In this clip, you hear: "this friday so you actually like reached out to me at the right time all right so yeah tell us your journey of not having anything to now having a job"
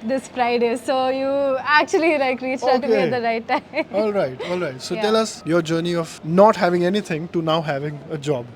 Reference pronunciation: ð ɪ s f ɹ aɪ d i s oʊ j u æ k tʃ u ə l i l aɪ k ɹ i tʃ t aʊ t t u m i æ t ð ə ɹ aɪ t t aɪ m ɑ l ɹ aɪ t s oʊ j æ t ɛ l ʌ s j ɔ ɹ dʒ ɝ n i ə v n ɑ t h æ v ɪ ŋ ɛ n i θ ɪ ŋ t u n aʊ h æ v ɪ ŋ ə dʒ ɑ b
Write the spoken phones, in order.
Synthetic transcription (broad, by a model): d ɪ s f ɹ aɪ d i s oʊ j u æ k tʃ u ə l i l aɪ k ɹ i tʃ aʊ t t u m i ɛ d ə ɹ aɪ t t aɪ m ɑ l ɹ aɪ t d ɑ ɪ t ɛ l ʌ s j ɔ ɹ dʒ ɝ n i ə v n ɑ t h æ v ɪ ŋ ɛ n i t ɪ ŋ t u n aʊ h æ v ɪ ŋ ə dʒ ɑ b